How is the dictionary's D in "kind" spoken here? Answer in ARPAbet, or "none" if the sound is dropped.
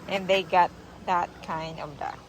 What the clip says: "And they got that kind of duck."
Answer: D